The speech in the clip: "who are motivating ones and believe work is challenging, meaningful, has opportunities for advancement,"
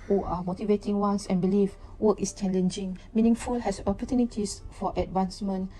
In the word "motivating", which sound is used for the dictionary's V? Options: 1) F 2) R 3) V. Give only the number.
3